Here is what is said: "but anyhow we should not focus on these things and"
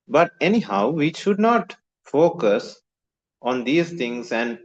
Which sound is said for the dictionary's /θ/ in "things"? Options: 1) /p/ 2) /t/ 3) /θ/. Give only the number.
2